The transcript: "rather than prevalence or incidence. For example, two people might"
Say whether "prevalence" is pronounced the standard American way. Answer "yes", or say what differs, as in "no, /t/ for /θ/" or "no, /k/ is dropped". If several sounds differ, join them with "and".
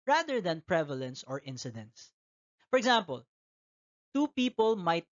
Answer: yes